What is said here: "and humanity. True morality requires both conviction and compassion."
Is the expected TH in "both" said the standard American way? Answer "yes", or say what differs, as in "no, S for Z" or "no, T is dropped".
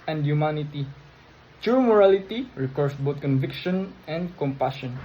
no, T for TH